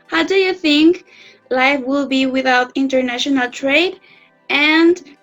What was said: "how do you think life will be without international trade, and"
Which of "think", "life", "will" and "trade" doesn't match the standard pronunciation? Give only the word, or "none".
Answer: none